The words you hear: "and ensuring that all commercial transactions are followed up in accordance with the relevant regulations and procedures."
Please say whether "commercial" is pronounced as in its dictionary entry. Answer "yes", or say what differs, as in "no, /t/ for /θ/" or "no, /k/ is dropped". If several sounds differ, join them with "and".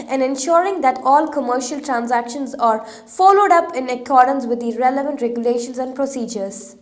yes